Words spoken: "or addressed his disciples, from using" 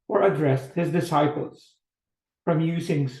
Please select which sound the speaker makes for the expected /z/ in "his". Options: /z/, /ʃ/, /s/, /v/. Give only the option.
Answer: /z/